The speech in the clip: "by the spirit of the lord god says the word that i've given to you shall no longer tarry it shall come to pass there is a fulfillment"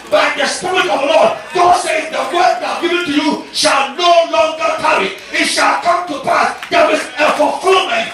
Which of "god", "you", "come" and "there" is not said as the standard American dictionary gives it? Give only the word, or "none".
there